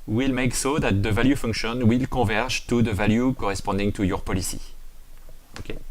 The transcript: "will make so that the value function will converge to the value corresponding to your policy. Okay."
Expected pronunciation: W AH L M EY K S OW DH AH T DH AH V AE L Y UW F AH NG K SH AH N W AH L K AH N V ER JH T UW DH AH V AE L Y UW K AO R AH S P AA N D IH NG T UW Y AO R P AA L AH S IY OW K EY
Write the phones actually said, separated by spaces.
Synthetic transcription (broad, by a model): W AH L M EY K S OW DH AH T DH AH V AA L Y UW F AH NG K SH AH N W AH L K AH V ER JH T UW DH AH V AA L Y UW K AO R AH S P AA D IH NG T UW Y AO R P AA L AH S IY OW K EY